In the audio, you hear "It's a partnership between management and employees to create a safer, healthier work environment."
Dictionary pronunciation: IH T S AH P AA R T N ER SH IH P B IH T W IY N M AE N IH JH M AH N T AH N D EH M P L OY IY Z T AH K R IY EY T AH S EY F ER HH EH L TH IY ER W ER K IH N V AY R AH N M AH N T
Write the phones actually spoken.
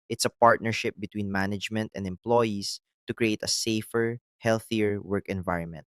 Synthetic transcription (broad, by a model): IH T S AH P AA R T N ER SH IH P B IH T W IY N M AE N IH JH M AH N T AH N D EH M P L OY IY S T AH K R IY EY T AH S EY F ER HH EH L TH IY ER W ER K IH N V AY R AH N M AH N T